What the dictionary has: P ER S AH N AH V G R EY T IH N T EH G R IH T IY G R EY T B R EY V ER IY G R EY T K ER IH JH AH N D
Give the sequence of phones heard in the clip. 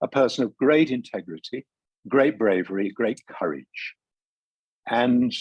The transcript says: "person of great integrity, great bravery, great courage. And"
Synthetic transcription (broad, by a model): P ER S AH N AH V G R EY T IH N T EH G R IH T IY G R EY T B R EY V ER IY G R EY T K ER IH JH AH N